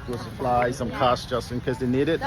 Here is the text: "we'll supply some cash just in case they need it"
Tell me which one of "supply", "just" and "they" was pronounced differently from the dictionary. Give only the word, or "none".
supply